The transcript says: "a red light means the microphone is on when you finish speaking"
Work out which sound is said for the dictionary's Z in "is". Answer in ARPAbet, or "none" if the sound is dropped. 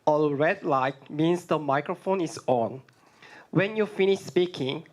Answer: S